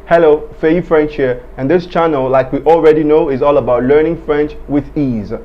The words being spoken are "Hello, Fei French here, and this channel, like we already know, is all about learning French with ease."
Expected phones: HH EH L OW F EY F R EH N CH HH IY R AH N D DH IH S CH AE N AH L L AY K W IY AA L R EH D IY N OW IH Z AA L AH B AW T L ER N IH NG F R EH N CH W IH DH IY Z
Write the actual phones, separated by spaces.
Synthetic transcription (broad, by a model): HH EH L OW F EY F R EH N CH HH IY R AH N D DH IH S CH AE N AH L L AY K W IY AA L R EH D IY N OW IH Z AA L AH B AW T L ER N IH NG F R EH N CH W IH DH IY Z